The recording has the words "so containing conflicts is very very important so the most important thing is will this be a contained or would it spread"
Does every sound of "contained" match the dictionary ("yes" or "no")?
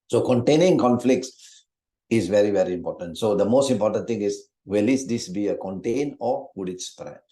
no